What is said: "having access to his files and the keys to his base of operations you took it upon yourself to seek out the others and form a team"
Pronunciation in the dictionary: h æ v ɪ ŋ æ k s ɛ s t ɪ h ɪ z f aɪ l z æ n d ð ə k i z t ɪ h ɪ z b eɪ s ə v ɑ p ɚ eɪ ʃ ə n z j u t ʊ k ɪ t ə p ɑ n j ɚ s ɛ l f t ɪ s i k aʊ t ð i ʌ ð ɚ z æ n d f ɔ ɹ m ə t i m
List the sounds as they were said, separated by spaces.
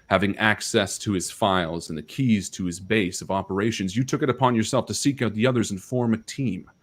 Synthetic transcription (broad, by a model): h æ v ɪ ŋ æ k s ɛ s t ɪ ɪ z f aɪ l z n ð ə k i z t ɪ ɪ z b eɪ s ə v ɑ p ɚ eɪ ʃ ə n z j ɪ t ʊ k ɪ t ə p ɑ n j ɚ s ɛ l f t ɪ s i k aʊ t ð i ʌ ð ɚ z n f ɔ ɹ m ə t i m